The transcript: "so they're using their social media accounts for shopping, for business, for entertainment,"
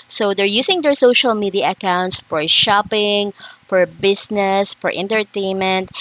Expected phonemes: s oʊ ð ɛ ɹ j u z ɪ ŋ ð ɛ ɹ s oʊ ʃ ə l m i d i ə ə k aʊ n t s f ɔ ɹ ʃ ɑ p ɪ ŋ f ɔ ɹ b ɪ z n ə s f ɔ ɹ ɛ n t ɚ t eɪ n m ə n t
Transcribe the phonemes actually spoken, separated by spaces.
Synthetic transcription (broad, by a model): s oʊ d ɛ ɹ j u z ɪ ŋ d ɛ ɹ s oʊ ʃ ə l m i d i ə ə k aʊ n t s f ɔ ɹ ʃ ɑ p ɪ ŋ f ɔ ɹ b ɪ s n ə s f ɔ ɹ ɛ n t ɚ t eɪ n m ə n t